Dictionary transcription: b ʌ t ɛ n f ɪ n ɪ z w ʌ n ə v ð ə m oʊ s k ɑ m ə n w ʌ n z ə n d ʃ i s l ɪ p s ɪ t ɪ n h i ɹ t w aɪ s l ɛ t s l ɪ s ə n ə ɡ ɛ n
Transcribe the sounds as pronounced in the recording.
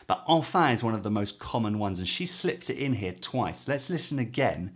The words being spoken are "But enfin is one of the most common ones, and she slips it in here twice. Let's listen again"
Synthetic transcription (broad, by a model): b ʌ t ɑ l f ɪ ɪ z w ʌ n ə v ð ə m oʊ s k ɑ m ə n w ʌ n z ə n ʃ i s l ɪ p s ɪ t ɪ n h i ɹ t w aɪ s l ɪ t s l ɪ s ə n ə ɡ ɛ n